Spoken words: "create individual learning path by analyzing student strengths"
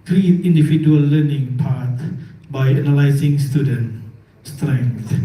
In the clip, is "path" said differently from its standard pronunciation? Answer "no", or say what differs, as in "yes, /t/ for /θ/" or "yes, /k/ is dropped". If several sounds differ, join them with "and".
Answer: yes, /t/ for /θ/